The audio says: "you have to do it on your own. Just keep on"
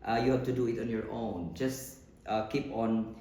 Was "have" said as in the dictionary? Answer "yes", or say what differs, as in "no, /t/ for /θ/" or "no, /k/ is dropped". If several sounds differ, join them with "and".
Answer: no, /f/ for /v/